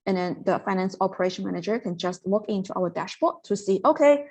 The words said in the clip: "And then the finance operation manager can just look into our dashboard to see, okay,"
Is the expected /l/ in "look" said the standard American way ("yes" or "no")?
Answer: no